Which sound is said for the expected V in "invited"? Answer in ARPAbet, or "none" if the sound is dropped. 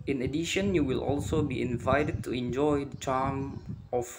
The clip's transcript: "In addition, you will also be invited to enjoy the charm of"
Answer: V